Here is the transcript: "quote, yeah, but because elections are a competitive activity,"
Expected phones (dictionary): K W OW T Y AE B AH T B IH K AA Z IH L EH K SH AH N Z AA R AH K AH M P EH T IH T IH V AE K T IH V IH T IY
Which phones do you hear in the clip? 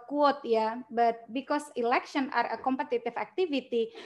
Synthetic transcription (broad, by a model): K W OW T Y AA B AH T B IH K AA S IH L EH K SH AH N AA R AH K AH M P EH T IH T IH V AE K T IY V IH T IY